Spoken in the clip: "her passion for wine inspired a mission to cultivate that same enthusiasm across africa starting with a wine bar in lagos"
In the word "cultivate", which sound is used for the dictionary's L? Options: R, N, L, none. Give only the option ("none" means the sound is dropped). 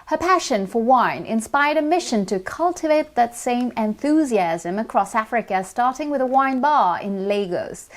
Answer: L